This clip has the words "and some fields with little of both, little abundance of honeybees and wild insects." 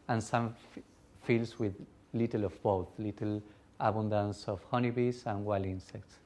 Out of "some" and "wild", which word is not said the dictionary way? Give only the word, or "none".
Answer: wild